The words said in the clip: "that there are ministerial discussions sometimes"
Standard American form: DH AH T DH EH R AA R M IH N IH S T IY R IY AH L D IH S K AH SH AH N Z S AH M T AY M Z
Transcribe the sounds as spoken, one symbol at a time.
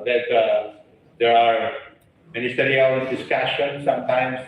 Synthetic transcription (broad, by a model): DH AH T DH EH R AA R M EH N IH S T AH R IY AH N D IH S K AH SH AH N S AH M T AY M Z